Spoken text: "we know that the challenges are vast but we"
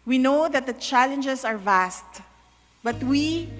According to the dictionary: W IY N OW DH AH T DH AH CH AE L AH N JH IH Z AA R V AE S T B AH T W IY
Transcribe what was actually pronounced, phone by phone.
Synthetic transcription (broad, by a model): W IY N OW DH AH T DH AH CH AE L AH N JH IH S AA R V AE S T B AH T W IY